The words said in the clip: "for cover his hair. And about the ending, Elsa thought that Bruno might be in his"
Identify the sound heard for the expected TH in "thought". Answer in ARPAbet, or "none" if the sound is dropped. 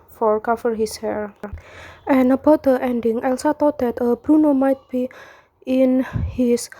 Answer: T